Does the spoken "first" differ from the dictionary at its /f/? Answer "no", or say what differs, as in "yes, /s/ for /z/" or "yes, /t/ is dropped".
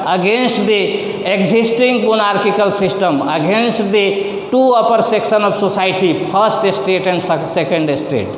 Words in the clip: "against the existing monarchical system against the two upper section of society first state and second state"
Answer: yes, /p/ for /f/